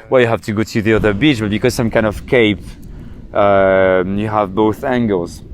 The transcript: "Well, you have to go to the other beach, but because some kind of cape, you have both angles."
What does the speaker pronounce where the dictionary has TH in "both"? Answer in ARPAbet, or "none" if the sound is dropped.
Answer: TH